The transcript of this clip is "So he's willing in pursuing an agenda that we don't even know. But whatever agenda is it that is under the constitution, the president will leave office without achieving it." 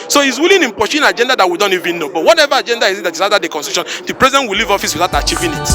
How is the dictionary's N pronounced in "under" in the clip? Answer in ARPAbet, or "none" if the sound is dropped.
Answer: none